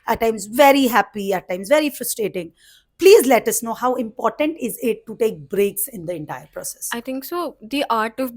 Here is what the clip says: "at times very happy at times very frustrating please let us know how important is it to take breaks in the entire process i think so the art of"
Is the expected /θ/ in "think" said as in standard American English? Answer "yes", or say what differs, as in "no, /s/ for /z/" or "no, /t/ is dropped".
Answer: no, /t/ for /θ/